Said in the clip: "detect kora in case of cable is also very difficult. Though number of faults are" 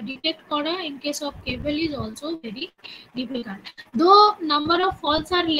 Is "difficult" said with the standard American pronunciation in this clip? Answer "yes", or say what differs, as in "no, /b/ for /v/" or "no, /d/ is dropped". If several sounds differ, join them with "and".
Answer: no, /n/ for /l/